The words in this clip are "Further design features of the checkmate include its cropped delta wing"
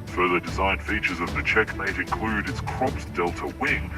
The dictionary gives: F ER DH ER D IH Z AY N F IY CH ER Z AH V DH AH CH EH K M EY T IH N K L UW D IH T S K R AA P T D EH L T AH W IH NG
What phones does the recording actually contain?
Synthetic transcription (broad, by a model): F ER DH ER D IH Z AY N F IY CH ER Z AH V DH AH CH EH K M EY T IH N K L UW D IH T S K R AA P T D EH L T AH W IH NG